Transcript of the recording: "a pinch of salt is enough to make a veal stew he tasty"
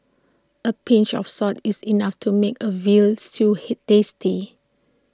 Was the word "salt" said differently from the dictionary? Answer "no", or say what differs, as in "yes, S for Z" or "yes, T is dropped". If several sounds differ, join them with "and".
yes, L is dropped